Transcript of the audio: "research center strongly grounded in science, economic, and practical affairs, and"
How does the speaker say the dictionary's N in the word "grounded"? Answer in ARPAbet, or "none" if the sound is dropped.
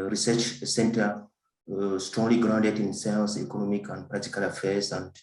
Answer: N